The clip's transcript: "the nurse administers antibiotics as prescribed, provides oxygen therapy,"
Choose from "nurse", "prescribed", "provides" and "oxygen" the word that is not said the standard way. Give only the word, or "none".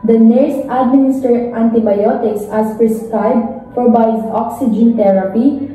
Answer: provides